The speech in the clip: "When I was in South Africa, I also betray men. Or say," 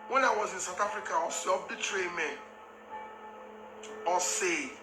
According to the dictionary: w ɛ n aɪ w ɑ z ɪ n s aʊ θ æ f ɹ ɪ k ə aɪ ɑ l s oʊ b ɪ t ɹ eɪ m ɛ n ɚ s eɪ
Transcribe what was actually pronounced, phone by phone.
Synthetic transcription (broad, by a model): w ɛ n aɪ w ɑ z ɪ n s aʊ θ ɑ f ɹ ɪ k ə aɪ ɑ s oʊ b ɪ t ɹ eɪ m ɛ n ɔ s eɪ